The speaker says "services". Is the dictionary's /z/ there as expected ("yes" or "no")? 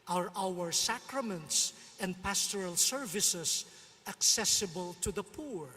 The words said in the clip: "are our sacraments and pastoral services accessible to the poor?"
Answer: no